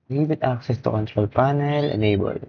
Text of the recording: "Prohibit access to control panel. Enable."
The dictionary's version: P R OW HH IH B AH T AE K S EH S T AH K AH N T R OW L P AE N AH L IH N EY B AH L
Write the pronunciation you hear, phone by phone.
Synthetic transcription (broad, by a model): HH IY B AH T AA K S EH S T AH K AH N T R OW L P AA N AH L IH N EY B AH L